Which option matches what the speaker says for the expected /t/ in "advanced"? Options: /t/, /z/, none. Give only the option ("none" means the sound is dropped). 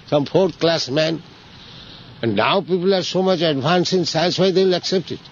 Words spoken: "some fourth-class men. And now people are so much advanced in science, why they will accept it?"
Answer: none